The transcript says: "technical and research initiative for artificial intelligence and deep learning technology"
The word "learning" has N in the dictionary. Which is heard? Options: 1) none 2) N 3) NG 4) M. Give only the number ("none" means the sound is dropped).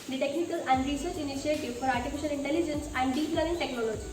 1